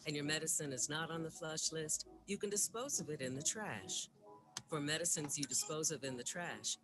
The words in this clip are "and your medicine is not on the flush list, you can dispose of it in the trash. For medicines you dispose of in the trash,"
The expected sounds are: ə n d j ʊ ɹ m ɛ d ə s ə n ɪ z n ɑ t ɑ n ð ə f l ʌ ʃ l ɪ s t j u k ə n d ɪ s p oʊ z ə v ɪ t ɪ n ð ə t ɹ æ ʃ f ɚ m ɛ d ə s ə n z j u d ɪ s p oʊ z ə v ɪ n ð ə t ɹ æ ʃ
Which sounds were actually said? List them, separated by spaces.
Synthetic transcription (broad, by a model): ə n j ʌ ɹ m ɛ d ə s ə n ɪ z n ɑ t n ð ə f l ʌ ʃ l ɪ s t j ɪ k ə n d ɪ s p oʊ z ə v ɪ t ɪ n ð ə t ɹ æ ʃ f ɚ m ɛ d ə s ə n z j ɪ d ɪ s p oʊ z ə v ɪ n ð ə t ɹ æ ʃ